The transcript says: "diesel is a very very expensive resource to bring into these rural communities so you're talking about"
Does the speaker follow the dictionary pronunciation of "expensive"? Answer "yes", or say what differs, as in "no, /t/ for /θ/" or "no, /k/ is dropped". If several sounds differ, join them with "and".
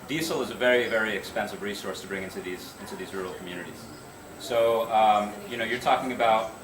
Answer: yes